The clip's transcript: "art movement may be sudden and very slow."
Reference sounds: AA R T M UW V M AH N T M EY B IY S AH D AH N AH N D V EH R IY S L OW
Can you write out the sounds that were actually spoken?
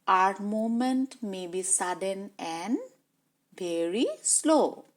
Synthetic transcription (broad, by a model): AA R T M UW M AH N T M EY B IY S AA D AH N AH N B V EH R IY S L OW